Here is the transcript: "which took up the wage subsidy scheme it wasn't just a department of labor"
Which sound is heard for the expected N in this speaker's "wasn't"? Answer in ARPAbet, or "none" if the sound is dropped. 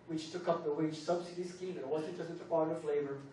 none